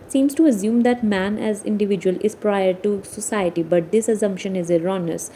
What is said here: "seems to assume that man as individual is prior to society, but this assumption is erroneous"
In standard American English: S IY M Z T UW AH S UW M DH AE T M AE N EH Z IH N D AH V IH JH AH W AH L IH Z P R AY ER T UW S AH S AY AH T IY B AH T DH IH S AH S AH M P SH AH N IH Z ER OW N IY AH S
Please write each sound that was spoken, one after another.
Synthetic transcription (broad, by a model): S IY M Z T UW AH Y UW M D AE T M AE N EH Z IH N D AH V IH JH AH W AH L IH Z P R AY ER T UW S AH S AY AH T IY B AH T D IH S AH S AH M P SH AH N IH Z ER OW N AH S